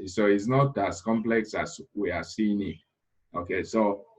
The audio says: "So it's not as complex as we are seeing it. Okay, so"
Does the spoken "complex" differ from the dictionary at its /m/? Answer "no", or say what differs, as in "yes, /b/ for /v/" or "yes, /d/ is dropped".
no